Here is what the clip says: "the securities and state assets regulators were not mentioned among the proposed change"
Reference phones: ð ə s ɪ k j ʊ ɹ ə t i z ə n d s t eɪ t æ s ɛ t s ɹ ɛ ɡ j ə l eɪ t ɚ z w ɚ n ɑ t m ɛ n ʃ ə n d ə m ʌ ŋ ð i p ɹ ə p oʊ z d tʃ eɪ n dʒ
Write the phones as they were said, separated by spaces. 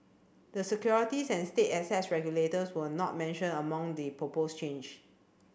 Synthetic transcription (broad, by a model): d ə s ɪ k j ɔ ɹ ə t i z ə n s t eɪ t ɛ s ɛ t s ɹ ɛ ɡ j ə l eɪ t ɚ s w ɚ n ɑ t m ɛ n ʃ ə n ə m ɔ ŋ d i p ɹ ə p oʊ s tʃ eɪ n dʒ